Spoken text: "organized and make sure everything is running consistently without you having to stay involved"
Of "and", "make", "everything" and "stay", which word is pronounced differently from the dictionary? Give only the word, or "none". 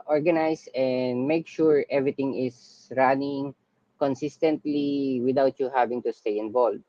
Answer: everything